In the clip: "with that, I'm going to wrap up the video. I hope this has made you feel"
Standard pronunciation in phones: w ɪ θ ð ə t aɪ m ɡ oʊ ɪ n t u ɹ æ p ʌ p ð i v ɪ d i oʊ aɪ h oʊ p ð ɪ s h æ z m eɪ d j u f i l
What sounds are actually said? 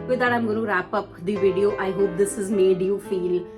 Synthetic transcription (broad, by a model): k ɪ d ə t aɪ m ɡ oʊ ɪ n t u ɹ æ p ʌ p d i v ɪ d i oʊ aɪ h oʊ p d ɪ s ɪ z m eɪ d j u f i l